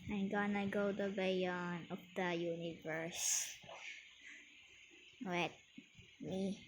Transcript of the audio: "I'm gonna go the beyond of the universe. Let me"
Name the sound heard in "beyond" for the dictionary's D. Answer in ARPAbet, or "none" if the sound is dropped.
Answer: none